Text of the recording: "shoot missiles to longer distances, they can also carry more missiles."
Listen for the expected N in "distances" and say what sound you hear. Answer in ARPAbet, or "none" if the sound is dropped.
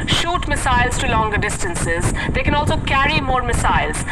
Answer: N